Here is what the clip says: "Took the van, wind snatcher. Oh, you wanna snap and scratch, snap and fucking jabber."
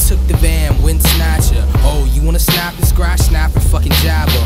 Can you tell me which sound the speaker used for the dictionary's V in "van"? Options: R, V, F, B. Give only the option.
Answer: B